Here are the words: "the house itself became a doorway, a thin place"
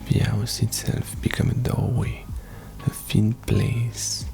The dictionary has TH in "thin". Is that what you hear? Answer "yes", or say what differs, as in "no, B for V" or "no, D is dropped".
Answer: no, F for TH